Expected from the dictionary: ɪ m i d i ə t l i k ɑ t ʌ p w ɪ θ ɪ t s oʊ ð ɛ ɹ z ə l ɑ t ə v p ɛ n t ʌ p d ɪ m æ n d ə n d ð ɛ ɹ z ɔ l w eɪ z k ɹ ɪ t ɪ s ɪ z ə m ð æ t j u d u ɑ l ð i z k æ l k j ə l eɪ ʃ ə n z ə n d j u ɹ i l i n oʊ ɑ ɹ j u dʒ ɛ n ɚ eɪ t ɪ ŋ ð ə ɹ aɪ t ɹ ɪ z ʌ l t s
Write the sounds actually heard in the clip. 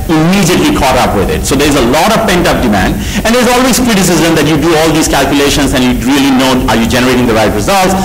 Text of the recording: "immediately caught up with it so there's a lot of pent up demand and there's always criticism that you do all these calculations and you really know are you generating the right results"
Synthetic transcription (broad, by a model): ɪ m i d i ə t l i k ɑ t ʌ p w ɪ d ɪ t s oʊ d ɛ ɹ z ə l ɑ t ə v p ɛ n t ʌ p d ɪ m æ n d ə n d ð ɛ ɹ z ɔ l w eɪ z k ɹ ɪ t ɪ s ɪ z ə m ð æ t j u d u ɑ l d i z k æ l k j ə l eɪ ʃ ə n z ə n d j u ɹ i l i n oʊ ɑ ɹ j u dʒ ɛ n ɚ eɪ t ɪ ŋ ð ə ɹ aɪ t ɹ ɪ z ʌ l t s